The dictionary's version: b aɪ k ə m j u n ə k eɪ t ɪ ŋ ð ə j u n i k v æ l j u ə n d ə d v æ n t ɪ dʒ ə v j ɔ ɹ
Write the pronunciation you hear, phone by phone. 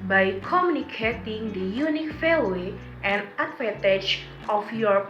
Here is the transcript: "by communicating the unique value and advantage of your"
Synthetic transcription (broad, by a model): b aɪ k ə m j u n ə k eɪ t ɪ ŋ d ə j u n i k f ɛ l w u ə n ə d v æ n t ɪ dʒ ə f j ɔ ɹ